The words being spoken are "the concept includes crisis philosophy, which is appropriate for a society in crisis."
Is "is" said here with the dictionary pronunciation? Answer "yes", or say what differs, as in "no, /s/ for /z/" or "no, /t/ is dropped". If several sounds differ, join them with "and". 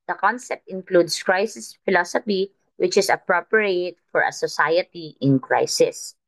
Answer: no, /s/ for /z/